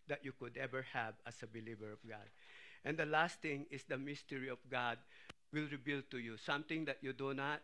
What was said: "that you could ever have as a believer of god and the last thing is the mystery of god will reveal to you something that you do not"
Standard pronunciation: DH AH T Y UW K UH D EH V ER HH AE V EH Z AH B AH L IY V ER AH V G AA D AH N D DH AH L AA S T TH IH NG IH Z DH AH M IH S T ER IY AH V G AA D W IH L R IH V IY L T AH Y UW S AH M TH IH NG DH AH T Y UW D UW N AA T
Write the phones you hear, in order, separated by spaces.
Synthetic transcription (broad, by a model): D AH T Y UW K UH D EH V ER HH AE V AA S AH B AH L IY V ER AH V G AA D AH N D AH L AA S T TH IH NG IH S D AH M IH S T ER IY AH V G AA D W IH L R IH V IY L T AH Y UW S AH M T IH NG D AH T Y UW D UW N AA T